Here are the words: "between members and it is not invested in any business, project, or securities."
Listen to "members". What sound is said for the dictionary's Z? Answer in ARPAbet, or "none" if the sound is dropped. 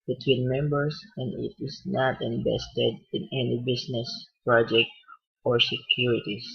S